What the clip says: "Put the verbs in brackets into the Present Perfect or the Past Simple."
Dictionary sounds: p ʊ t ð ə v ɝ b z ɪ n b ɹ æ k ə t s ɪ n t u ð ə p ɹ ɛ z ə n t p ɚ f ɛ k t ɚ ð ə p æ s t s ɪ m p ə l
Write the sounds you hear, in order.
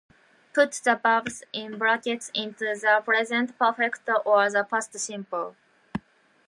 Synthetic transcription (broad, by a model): p ʊ t ð ə b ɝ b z ɪ n b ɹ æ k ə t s ɪ n t u ð ə p ɹ ɛ z ə n t p ɚ f ɛ k t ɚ ð ə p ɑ s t s ɪ m p ə l